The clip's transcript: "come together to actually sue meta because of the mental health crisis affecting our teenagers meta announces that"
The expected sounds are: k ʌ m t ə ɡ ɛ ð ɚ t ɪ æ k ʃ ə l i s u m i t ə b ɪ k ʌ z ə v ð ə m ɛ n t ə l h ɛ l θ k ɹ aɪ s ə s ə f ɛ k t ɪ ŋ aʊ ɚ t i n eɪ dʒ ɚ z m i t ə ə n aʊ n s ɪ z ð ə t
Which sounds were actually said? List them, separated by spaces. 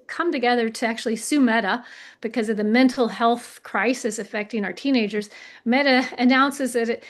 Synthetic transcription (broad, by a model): k ʌ m t ə ɡ ɛ ð ɚ t ɪ æ k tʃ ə l i s u m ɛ t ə b ɪ k ʌ z ə v ð ə m ɛ n t l h ɛ l θ k ɹ aɪ s ə s ə f ɛ k t ɪ ŋ aʊ ɚ t i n eɪ dʒ ɚ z m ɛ t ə ə n aʊ n s ɪ z ð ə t